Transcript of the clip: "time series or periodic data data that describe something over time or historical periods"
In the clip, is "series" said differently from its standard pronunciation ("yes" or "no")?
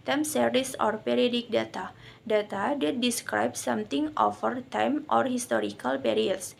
yes